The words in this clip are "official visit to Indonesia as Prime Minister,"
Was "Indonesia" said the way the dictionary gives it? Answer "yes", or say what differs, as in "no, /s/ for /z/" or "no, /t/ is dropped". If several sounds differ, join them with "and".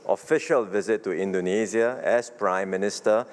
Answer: no, /z/ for /ʒ/